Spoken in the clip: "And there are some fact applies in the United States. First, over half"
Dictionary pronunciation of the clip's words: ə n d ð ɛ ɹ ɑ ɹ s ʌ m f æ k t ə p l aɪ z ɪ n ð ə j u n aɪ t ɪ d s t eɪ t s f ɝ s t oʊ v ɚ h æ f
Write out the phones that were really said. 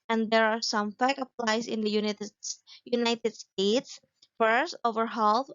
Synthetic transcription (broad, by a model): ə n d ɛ ɹ ɑ ɹ s ʌ m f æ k ə p l aɪ s ɪ n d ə j u n aɪ t ɪ d s t eɪ t s f ɝ s t oʊ v ɚ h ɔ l